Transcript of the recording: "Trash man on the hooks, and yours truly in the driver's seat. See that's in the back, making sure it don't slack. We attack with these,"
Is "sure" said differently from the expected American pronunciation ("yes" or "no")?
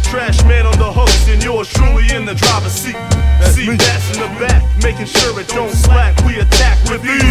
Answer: no